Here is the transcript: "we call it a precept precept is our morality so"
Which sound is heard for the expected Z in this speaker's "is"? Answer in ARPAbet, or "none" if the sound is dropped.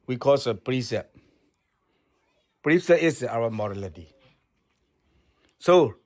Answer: S